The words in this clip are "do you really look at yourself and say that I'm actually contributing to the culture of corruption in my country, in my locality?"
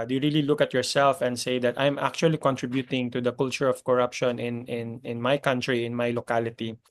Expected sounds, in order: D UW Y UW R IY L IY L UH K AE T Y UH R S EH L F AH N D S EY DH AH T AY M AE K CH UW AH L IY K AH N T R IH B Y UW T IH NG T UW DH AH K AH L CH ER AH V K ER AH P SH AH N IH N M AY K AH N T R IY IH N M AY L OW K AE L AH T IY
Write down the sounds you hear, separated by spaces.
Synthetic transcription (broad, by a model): D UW Y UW R IY L IY L UH K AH T Y UH R S EH L F AH N D S EY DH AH T AY M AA K CH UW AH L IY K AH N T R IH B Y UW T IH NG T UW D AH K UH L CH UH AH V K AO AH P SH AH N IH N M AY K AH N T R IY IH N M AY L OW K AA L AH T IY